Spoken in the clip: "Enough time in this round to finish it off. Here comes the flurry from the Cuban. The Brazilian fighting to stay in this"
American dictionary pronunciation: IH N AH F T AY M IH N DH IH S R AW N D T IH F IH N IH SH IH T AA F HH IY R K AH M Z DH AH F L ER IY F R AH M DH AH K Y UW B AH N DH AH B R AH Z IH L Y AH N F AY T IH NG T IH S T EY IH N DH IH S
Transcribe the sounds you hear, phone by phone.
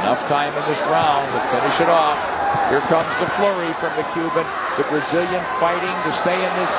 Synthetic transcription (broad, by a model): N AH F T AY M IH N DH IH S R AW N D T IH F IH N IH SH IH T AA F HH IY R K AH M Z DH AH F L ER IY F R AH M DH AH K Y UW B AH N DH AH B R AH Z IH L Y AH N F AY T IH NG T IH S T EY IH N DH IH S